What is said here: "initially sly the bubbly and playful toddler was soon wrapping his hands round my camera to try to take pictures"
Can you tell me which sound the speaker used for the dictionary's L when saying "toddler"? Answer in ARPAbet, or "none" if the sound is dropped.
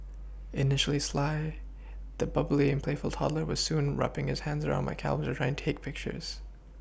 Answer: L